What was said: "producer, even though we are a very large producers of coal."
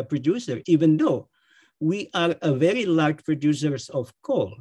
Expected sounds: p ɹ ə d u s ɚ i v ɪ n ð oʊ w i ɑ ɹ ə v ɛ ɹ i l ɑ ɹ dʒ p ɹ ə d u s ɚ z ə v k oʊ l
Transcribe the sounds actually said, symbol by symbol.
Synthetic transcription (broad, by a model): p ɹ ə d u s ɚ i v ɪ n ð oʊ w i ɑ ɹ ə v ɛ ɹ i l ɑ ɹ dʒ p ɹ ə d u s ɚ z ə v k oʊ l